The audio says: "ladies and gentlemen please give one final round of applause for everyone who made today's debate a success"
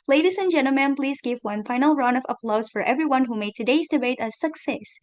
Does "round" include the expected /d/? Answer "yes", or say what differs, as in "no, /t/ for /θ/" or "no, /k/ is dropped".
no, /d/ is dropped